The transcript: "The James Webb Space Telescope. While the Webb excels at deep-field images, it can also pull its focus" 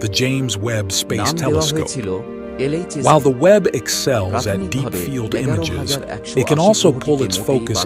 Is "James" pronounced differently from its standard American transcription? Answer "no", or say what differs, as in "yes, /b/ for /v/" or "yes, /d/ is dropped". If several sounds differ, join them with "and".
no